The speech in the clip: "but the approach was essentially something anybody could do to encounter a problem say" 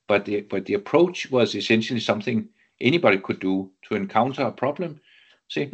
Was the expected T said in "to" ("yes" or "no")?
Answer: no